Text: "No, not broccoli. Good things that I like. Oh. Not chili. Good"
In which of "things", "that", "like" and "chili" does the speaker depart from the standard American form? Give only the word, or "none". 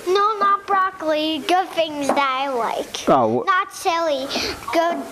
chili